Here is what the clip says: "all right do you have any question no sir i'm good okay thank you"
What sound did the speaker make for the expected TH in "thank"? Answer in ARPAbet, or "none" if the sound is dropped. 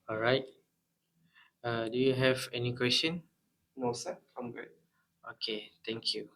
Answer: T